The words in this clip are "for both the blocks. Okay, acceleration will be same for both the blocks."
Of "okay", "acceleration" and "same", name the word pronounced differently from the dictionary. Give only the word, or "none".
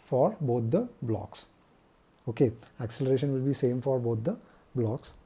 none